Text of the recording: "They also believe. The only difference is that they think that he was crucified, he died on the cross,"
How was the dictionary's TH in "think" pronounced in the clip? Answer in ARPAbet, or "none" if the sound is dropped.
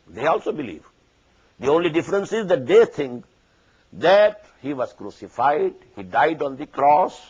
T